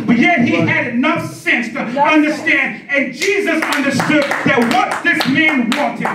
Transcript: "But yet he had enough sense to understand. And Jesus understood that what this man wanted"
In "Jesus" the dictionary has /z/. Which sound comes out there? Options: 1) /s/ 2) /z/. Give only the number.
2